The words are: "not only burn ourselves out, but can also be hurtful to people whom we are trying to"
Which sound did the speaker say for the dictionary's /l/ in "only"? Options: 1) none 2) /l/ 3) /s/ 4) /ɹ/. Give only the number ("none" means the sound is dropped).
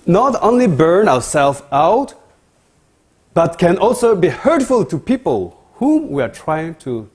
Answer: 2